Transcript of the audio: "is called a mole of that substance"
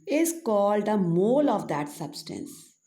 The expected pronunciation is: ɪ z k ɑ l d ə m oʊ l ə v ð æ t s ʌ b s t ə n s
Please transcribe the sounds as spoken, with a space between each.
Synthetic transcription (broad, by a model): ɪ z k ɑ l d ə m oʊ l ə v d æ t s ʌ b s t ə n s